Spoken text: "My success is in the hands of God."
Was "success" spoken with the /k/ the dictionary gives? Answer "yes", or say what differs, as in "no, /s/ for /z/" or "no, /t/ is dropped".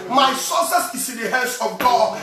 no, /k/ is dropped